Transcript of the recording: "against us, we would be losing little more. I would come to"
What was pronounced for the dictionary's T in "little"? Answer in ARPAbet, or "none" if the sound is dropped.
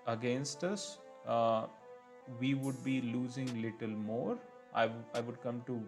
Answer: T